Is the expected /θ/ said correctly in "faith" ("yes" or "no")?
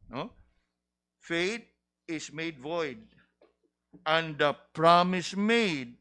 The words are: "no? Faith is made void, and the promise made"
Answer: no